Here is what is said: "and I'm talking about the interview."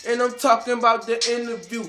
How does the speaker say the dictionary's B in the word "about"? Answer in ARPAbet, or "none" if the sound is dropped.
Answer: B